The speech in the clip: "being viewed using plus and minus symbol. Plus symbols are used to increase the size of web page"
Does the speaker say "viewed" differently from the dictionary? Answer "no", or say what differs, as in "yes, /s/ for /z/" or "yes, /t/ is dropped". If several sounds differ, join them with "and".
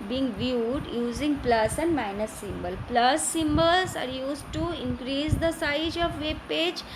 no